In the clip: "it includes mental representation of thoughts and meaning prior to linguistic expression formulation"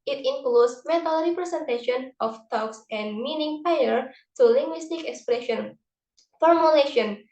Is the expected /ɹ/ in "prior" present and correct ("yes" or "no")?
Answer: no